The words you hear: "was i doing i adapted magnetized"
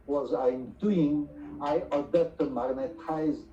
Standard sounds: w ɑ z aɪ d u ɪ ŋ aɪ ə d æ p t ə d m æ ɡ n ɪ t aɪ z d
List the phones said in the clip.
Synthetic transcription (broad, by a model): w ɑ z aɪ d u ɪ ŋ aɪ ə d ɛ t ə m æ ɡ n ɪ t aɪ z